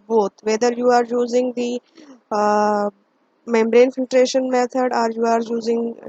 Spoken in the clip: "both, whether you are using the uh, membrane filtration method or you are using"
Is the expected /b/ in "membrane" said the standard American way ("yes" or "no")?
yes